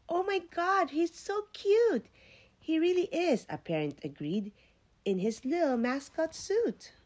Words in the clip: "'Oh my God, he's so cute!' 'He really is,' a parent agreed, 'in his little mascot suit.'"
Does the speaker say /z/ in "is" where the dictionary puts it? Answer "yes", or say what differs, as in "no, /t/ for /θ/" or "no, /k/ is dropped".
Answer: yes